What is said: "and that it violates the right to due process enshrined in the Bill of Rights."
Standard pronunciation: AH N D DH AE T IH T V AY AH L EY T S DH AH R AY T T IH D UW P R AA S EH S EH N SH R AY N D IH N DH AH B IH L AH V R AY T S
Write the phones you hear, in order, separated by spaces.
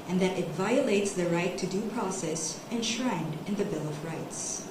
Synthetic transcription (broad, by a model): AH N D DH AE T IH T V AY AH L EY T S DH AH R AY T T IH D UW P R AA S EH S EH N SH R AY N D IH N DH AH B IH L AH V R AY T S